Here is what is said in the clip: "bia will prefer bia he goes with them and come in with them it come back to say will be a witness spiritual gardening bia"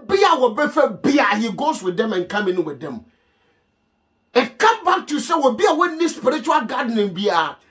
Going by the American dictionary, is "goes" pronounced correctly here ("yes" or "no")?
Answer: no